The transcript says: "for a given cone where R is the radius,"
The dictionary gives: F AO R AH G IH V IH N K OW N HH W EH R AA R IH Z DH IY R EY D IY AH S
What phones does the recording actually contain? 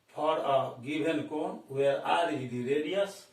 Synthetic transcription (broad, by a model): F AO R AH G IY B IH N K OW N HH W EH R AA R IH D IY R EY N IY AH S